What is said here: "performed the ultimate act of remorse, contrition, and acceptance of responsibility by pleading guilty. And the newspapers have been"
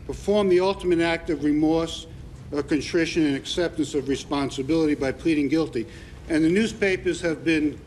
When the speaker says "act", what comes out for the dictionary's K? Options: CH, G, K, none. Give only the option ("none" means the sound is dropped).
K